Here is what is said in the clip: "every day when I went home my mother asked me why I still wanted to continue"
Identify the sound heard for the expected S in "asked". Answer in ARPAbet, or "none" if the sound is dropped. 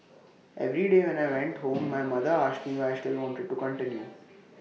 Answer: SH